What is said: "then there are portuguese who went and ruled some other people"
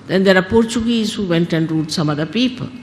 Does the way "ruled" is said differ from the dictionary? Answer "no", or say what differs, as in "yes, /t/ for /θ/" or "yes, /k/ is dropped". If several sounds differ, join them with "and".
yes, /l/ is dropped